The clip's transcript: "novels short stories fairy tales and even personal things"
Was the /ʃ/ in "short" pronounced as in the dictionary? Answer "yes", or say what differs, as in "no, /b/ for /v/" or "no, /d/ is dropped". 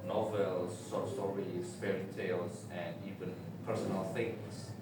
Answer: no, /s/ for /ʃ/